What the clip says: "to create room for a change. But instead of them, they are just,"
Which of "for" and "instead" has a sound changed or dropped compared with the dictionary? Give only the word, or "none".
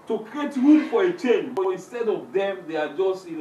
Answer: none